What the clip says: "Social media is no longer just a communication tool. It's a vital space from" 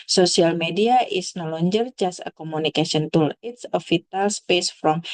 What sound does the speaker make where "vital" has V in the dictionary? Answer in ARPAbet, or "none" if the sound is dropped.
F